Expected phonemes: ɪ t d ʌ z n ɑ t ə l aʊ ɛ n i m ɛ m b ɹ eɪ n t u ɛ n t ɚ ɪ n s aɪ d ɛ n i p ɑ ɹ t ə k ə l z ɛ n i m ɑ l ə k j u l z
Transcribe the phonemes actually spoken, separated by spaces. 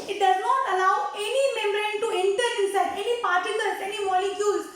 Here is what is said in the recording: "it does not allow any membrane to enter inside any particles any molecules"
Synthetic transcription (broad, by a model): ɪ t d ʌ z n ɑ t ə l aʊ ɛ n i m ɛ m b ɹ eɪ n t u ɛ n t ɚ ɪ s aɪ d ɛ n i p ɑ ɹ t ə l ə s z ɛ n i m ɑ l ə k j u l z